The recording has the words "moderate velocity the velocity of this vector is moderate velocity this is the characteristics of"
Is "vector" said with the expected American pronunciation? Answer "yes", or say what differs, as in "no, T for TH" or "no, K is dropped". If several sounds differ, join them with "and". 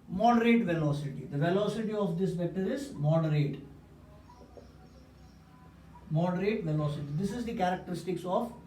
no, K is dropped